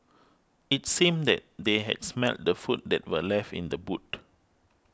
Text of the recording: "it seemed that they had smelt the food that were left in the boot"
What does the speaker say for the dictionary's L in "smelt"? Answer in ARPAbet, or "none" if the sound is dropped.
L